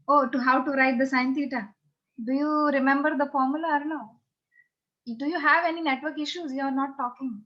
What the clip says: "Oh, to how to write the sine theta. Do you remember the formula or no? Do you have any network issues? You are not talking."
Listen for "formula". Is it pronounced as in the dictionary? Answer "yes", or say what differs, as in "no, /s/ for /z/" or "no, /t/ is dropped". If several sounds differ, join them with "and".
yes